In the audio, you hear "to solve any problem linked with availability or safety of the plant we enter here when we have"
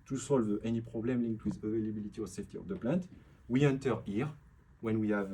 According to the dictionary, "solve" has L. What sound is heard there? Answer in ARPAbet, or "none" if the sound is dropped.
L